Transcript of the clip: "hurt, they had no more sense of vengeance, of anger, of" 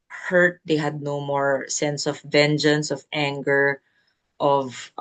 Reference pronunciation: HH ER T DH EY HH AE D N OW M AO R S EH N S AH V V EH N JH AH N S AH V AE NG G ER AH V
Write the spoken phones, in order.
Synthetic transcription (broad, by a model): HH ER T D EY HH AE D N OW M AO R S EH N S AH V V EH N JH AH N S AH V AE NG G ER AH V